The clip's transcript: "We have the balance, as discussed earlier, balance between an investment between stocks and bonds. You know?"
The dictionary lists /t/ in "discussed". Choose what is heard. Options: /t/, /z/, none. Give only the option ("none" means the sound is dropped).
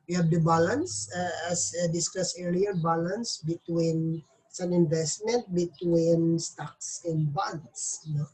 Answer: none